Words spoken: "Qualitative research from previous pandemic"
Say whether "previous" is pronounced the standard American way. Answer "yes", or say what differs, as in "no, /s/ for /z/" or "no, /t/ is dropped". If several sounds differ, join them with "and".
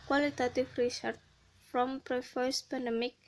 no, /f/ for /v/